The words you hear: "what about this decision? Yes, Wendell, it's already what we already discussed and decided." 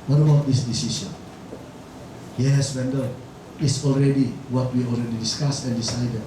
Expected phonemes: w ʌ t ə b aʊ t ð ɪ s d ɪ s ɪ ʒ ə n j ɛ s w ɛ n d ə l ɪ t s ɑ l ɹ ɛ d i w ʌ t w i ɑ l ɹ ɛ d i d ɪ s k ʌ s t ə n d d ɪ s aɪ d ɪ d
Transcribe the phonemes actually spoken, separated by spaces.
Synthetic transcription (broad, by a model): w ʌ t ə b aʊ t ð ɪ s d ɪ s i s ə n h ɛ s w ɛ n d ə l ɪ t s ɑ l ɹ ɛ d i w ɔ t w i ɑ l ɹ ɛ d i d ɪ s k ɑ s ə n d d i s aɪ d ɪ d